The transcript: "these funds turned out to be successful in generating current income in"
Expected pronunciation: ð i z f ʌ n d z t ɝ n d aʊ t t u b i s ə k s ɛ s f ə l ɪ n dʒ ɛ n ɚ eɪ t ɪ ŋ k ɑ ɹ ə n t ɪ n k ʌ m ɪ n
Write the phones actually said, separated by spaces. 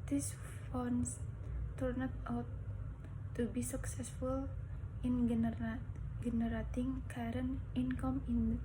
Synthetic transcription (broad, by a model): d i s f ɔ n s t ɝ n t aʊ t t u b i s ə k s ɛ s f ə l ɪ n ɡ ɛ n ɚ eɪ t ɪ ŋ k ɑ ɹ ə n ɪ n k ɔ m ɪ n